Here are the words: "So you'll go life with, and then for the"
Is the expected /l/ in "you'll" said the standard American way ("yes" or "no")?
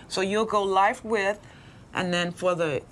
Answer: yes